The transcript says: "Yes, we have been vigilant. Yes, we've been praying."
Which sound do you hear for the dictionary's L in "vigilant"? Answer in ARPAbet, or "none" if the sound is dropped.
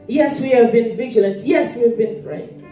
L